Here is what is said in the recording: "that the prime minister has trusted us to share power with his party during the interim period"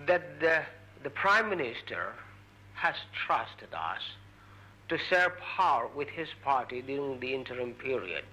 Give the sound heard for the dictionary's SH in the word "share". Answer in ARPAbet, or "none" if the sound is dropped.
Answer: S